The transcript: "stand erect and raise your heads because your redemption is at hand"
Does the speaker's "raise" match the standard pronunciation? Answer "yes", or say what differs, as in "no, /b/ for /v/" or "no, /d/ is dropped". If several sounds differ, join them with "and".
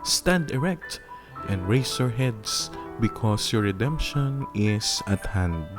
no, /s/ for /z/